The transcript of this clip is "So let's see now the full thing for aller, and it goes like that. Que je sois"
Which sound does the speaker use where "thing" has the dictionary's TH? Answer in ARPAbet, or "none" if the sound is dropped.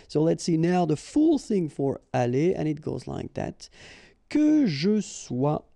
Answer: TH